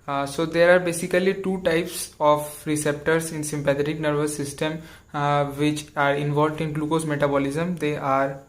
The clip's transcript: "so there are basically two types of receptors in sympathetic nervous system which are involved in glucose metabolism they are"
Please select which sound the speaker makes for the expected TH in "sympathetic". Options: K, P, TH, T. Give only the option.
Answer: T